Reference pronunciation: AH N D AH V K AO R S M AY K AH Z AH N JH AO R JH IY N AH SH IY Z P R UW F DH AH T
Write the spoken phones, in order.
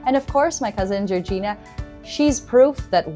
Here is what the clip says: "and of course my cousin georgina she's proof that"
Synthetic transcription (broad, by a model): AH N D AH V K AO R S M AY K AH Z AH N JH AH R JH IY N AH SH IY Z P R UW F DH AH T